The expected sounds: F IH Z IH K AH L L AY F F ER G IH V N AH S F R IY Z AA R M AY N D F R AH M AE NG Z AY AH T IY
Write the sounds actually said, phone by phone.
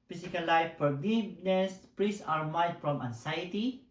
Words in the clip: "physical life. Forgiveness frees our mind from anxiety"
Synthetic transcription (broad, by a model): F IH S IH K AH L L AY F P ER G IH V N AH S P R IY S AA R M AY D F R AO M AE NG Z AY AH T IY